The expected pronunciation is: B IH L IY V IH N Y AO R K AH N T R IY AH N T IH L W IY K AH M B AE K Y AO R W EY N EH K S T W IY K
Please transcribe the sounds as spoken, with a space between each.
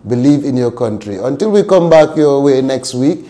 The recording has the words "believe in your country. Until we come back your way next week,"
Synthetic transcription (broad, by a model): B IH L IY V IH N Y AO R K AH N T R IY AH N T IH L W IY K AH M B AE K Y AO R W EY N EH K S T W IY K